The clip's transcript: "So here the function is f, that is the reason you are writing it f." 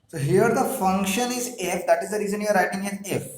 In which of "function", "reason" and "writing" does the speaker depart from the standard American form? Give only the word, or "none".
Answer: none